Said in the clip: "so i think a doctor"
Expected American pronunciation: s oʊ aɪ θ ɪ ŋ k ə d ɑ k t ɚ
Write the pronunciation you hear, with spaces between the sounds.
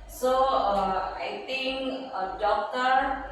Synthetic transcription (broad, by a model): s oʊ aɪ t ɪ ŋ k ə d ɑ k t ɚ